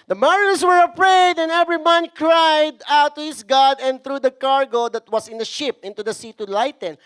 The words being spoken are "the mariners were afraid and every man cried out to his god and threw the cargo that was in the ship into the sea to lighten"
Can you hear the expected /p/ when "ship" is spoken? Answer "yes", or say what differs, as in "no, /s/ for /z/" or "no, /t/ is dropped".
yes